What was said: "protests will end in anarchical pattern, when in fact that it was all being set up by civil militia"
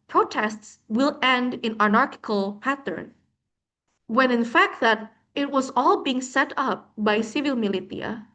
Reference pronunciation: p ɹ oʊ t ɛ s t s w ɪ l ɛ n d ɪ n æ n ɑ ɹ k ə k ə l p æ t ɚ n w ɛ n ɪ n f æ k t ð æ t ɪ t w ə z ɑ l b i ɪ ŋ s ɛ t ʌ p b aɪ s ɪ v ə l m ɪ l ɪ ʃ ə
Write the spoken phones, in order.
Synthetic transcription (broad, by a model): p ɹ oʊ t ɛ s t s w ɪ l ɛ n d ɪ n æ n ɑ ɹ k ə k ə l p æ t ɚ n w ɛ n ɪ n f æ k t ð æ t ɪ t w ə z ɑ l b i ɪ ŋ s ɛ t ʌ p b aɪ s ɪ v ə l m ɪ l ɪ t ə